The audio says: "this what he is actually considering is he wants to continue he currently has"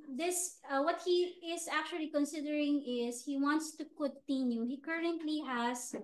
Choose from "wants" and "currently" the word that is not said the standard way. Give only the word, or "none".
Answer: none